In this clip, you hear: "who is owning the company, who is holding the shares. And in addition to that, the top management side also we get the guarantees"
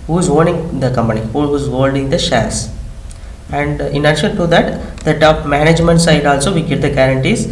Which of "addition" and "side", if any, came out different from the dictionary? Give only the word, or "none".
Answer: addition